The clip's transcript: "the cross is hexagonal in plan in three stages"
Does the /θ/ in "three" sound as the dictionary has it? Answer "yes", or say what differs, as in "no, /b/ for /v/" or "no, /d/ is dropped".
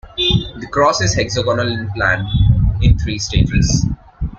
no, /t/ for /θ/